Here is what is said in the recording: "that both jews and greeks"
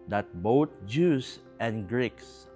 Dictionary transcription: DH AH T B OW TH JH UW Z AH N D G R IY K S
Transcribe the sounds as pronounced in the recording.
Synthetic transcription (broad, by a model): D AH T B OW T JH UW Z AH N G R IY K S